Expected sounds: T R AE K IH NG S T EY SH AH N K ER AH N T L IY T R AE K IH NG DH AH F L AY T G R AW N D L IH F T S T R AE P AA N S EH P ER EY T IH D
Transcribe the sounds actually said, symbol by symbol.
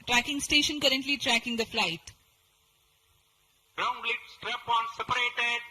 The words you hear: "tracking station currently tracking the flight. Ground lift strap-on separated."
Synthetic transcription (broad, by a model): T R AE K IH NG S T EY SH AH N K ER AH N T L IY T R AE K IH NG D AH F L AY T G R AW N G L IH T S T R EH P AA N S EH P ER EY T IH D